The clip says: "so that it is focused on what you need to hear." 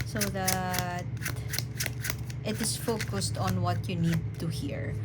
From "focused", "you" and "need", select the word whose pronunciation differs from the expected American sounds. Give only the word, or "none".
none